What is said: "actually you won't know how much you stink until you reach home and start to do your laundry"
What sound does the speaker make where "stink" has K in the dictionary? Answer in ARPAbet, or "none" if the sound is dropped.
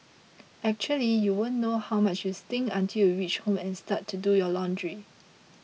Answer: none